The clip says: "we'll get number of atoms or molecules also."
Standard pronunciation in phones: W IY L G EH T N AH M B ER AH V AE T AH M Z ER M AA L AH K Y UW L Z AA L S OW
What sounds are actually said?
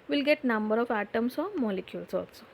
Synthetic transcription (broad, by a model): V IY L G EH T N AH M B ER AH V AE T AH M S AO M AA L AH K Y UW L S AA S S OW